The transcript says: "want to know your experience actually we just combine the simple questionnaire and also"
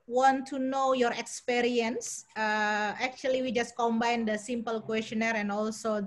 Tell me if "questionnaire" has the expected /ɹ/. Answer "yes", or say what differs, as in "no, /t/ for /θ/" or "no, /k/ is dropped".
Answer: yes